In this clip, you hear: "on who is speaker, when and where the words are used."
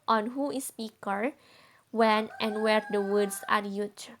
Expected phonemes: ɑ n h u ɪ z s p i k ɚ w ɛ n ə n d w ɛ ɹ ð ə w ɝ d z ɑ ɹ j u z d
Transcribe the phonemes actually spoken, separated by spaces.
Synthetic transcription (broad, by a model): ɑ n h u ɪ s p i k ɚ w ɛ n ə n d w ɛ ɹ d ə w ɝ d s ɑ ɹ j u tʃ